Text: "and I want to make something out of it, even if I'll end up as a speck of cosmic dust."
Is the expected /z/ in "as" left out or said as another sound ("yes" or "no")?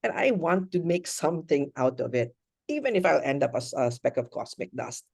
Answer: yes